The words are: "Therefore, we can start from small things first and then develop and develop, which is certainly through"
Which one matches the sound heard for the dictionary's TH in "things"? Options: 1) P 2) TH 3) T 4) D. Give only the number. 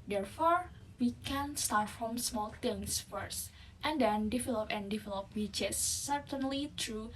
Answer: 3